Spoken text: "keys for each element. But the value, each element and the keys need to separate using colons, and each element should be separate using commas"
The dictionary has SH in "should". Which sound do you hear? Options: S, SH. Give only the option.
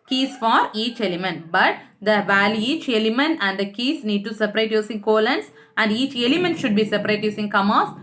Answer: SH